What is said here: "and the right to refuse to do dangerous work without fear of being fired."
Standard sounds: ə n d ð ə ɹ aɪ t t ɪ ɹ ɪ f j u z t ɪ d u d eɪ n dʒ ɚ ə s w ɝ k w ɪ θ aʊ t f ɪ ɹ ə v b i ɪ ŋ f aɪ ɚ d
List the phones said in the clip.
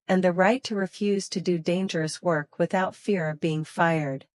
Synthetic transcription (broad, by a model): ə n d ð ə ɹ aɪ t t ɪ ɹ ɪ f j u z t ɪ d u d eɪ n dʒ ɚ ə s w ɝ k w ɪ θ aʊ t f ɪ ɹ ə v b i ɪ ŋ f aɪ ɚ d